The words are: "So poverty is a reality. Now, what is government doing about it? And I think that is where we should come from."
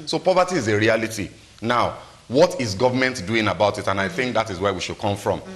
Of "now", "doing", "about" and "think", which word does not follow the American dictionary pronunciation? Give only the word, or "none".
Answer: none